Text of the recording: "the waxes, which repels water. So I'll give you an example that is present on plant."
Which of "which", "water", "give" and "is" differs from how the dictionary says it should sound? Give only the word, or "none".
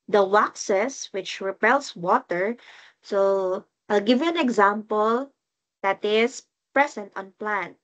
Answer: is